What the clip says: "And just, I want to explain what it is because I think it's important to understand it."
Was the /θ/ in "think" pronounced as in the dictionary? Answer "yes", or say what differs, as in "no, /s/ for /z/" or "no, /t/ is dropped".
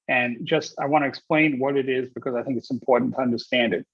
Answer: yes